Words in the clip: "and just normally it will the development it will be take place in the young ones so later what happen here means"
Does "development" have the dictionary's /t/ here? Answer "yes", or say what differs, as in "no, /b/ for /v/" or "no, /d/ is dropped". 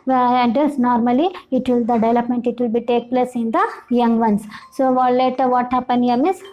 yes